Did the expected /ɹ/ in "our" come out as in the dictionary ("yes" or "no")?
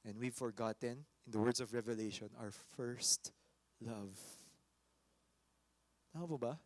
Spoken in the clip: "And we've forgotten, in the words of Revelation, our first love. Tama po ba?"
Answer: no